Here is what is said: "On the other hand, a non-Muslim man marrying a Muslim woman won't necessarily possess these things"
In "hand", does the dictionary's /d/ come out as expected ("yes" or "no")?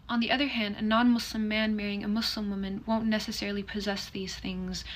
yes